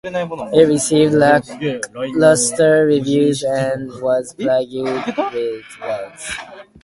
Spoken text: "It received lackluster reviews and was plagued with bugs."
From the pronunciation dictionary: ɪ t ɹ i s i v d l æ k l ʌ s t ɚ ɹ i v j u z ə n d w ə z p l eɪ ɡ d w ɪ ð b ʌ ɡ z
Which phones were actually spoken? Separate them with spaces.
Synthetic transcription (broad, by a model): ɪ t ɹ i s i v d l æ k l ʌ s t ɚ ɹ i v j u z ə n w ə z b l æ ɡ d w ɪ ð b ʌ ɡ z